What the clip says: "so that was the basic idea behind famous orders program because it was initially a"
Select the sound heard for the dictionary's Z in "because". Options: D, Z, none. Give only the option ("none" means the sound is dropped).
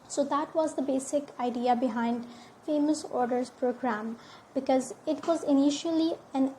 Z